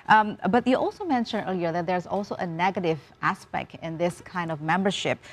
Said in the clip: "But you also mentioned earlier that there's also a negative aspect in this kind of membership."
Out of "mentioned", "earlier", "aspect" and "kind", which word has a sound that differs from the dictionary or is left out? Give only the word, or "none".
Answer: none